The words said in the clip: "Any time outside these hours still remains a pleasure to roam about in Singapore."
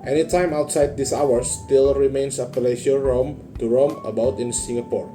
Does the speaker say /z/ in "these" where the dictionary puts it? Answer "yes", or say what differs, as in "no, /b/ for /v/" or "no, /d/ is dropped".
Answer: no, /s/ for /z/